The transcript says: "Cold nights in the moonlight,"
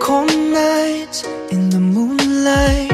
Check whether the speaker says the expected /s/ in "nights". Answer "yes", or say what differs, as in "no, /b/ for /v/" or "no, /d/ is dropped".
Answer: no, /s/ is dropped